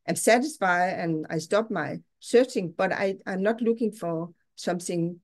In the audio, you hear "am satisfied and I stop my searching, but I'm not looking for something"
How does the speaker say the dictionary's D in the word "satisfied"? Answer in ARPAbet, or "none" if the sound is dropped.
none